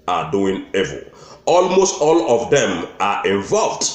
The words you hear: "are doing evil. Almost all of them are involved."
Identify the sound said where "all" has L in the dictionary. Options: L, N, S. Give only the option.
L